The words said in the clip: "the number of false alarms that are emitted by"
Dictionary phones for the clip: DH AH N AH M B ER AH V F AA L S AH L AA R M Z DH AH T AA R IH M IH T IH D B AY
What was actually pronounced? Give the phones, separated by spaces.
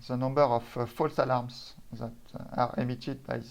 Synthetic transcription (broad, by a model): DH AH N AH M B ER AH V F AA L S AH L AA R M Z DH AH T AA R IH M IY T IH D B AY